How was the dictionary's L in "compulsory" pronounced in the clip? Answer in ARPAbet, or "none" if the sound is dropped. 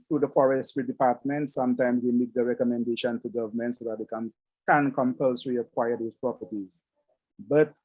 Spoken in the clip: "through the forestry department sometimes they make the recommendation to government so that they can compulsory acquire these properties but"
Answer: L